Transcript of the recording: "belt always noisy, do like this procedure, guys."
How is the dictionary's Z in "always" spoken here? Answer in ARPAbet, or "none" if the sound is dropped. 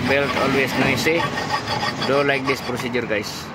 S